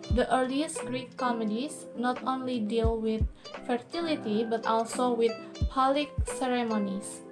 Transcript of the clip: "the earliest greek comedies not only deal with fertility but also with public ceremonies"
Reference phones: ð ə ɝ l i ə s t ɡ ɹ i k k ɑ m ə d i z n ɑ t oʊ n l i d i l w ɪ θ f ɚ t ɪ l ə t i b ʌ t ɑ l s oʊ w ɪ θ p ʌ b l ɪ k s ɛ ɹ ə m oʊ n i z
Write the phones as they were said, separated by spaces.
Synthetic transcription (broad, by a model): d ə ɝ l i ə s t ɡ ɹ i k k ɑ m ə d i s n ɑ t oʊ n l i d i l w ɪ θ f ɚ t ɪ l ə t i b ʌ t ɑ l s oʊ w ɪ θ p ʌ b l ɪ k s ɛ ɹ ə m oʊ n i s